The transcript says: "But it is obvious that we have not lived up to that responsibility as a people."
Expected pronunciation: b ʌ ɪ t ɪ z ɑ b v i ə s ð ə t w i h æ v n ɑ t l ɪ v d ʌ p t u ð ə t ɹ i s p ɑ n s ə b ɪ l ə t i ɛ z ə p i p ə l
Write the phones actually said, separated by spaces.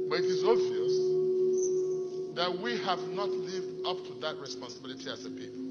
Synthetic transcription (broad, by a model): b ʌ ɪ t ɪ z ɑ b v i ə s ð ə t w i h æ v n ɑ t l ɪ v d ʌ p t u ð ə t ɹ i s p ɑ n s ə b ɪ l ə t i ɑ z ə p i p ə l